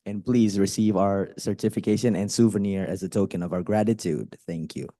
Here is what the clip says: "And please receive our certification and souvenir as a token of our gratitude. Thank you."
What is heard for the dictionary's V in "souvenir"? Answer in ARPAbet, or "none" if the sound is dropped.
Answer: V